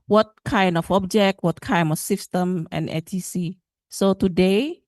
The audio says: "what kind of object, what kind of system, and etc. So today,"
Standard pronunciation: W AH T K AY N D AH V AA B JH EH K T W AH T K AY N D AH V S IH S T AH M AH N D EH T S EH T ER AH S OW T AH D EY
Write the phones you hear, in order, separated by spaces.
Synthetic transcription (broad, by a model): W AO T K AY N D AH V AA B JH EH K T W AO T K AY N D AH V S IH S T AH M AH N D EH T IY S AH S OW T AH D EY